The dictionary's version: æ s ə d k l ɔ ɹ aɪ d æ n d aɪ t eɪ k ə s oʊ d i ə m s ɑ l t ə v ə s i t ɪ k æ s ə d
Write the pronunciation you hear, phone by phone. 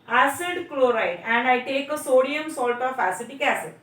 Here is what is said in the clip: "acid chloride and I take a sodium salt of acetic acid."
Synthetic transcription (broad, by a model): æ s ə d k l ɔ ɹ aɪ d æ n d aɪ t eɪ k ə s oʊ d i ə m s ɑ l t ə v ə s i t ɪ k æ s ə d